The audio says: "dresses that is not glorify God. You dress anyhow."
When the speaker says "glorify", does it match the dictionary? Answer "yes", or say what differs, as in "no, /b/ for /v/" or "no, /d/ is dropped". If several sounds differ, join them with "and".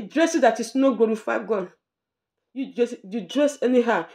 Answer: no, /l/ is dropped